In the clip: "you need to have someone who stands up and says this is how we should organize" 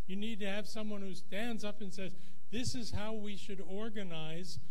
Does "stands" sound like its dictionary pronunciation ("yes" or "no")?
yes